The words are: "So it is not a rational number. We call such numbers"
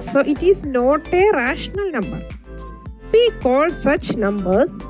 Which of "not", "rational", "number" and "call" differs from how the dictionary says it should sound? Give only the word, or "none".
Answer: none